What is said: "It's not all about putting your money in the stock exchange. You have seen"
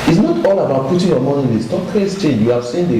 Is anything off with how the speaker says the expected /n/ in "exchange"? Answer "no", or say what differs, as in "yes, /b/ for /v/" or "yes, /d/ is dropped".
yes, /n/ is dropped